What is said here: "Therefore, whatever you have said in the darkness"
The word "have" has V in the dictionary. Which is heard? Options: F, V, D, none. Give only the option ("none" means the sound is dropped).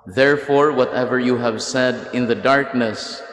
V